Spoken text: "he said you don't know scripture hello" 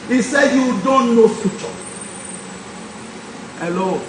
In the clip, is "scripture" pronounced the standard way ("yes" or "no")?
no